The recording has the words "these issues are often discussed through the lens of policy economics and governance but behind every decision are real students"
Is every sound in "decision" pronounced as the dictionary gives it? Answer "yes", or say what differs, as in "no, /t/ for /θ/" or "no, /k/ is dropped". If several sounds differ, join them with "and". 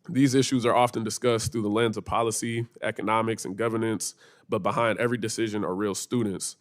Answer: yes